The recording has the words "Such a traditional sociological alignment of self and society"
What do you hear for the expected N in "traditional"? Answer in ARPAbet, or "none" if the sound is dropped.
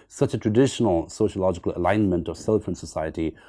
N